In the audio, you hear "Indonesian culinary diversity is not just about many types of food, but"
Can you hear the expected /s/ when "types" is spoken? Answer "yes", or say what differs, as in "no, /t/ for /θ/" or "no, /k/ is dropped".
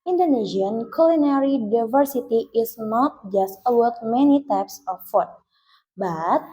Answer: yes